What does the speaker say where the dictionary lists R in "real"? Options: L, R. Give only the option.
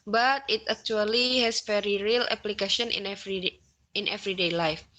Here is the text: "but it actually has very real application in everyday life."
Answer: R